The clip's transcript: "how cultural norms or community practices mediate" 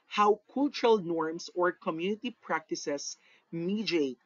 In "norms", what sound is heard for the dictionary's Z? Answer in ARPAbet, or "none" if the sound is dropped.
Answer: S